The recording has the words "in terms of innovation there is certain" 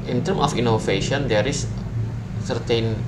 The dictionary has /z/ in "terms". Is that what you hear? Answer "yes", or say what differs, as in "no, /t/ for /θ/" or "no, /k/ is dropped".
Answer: no, /z/ is dropped